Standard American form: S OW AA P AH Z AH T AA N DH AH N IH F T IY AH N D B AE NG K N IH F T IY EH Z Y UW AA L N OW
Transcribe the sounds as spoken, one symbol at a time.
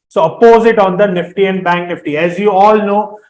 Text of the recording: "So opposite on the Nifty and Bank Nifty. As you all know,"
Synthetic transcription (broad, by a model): S OW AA P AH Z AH T AA N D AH N IH F T IY AH N D B AE NG K N IH F T IY EH Z Y UW AA L N OW